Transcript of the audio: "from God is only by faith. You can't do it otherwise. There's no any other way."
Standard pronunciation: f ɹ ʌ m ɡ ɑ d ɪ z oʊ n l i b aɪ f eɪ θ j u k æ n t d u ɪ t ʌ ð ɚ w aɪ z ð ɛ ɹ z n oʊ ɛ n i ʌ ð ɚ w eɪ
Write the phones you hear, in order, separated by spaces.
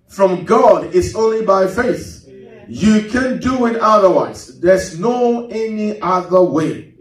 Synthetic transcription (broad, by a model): f ɹ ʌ m ɡ ɑ d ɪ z oʊ n l i b aɪ f eɪ θ j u k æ n d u ɪ t ʌ ð ɚ w aɪ z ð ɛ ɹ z n oʊ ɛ n i ʌ ð ɚ w eɪ